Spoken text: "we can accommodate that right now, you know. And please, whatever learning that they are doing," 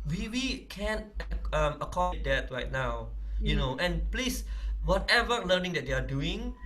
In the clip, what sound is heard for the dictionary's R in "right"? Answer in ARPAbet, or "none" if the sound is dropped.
R